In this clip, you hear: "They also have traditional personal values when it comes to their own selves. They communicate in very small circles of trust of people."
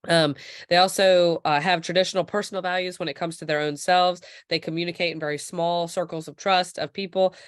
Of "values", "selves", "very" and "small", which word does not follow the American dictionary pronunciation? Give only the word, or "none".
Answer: none